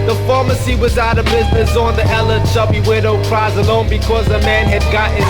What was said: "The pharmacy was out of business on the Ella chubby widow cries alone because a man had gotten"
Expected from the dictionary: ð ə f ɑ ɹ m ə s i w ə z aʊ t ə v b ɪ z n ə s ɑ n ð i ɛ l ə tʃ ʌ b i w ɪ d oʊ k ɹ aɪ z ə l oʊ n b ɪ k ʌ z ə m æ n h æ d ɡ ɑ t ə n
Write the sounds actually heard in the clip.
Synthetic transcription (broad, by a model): ð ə f ɑ ɹ m ə s i w ə z aʊ t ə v b ɪ z n ə s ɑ n ð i ɛ l ə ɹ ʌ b i w ɪ d oʊ k ɹ aɪ z ə l oʊ n b ɪ k ʌ z ə m æ n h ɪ d ɡ ɑ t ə